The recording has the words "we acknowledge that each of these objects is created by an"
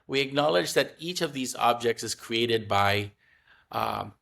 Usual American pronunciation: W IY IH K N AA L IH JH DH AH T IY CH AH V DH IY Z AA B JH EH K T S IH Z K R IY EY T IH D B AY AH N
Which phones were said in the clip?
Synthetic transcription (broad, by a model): W IY IH K N AA L IH JH DH AH T IY CH AH V DH IY Z AA B JH EH K T S IH Z K R IY EY T IH D B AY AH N